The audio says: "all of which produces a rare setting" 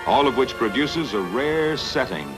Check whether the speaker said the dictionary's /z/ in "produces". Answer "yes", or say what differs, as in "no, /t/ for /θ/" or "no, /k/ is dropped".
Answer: yes